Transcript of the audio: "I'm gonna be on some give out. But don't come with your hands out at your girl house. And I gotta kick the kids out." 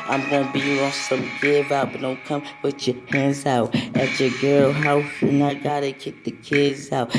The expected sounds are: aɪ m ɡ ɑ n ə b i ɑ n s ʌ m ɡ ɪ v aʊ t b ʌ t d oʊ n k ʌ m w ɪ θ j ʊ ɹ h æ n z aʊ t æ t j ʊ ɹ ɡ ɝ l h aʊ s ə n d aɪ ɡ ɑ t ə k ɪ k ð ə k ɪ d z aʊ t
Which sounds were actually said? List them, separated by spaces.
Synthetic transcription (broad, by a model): aɪ m ɡ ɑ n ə b i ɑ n s ʌ m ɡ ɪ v aʊ t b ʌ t d oʊ n k ʌ m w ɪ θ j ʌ ɹ h æ n z aʊ t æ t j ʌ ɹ ɡ ɝ l h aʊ ə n aɪ ɡ ɑ t ə k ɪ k ð ə k ɪ d z aʊ t